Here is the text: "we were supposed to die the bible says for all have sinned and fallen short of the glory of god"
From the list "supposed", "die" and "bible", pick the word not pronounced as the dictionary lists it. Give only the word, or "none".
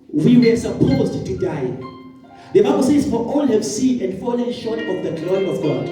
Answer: none